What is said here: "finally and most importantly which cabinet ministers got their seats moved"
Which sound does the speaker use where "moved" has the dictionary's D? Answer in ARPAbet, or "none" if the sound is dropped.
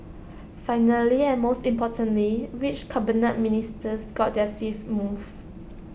none